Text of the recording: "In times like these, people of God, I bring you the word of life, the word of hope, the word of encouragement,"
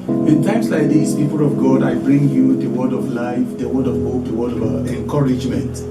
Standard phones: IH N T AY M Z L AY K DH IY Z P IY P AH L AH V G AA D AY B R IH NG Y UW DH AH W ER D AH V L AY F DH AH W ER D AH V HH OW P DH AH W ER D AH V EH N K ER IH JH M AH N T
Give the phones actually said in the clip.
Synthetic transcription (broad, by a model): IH N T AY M S L AY K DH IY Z P IY P AH L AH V G AA D AY B R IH NG Y UW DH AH W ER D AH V L AY F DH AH W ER D AH V HH OW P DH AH W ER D AH V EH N K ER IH JH M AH N T